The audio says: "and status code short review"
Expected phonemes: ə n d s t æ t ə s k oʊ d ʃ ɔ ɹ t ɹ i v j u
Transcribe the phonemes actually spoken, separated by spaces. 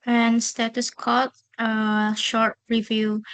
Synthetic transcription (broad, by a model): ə n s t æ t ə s k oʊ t ʃ ɔ ɹ t ɹ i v j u